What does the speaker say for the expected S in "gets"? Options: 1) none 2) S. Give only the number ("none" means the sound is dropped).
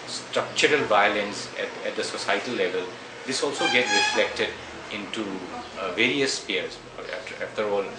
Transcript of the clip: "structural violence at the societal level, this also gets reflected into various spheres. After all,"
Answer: 1